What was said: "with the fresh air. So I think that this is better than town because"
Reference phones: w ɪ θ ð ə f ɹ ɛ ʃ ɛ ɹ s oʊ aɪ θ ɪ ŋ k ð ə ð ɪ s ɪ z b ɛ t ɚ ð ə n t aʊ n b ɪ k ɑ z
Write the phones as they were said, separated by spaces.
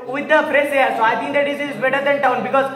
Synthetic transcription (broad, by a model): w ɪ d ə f ɹ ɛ s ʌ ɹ s oʊ aɪ t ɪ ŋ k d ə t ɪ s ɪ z b ɛ t ɚ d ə n t aʊ n b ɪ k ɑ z